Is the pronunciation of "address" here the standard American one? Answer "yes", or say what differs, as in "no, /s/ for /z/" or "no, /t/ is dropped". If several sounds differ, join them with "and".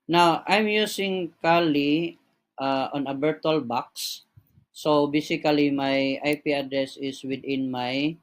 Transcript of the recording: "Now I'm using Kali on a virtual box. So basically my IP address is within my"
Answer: yes